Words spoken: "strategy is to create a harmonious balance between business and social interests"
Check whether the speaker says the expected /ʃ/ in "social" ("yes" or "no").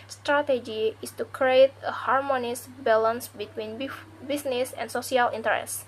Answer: no